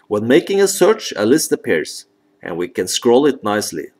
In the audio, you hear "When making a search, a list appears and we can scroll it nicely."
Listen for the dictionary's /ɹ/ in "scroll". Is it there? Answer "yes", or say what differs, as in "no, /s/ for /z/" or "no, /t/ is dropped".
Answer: yes